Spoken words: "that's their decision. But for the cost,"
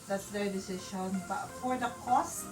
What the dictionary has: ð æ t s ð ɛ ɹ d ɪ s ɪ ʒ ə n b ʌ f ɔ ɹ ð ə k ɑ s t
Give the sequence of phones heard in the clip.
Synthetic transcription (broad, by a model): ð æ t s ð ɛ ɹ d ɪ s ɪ ʃ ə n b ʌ f ɔ ɹ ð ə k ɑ s